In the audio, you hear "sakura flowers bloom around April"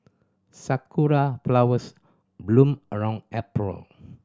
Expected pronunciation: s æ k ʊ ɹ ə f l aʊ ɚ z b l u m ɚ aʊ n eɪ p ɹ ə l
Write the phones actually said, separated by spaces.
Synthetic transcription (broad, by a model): s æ k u ɹ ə p l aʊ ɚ s b l u m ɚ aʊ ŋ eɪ p ɹ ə l